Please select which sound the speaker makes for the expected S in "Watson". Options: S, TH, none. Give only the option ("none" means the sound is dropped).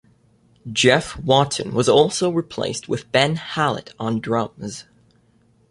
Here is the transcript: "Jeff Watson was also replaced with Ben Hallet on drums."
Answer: none